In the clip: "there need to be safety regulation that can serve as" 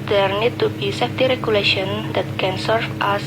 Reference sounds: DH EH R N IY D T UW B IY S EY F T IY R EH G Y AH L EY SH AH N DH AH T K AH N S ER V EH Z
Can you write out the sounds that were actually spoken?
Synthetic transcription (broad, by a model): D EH R N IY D T UW B IY S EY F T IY R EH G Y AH L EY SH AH N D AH T K AH N S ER F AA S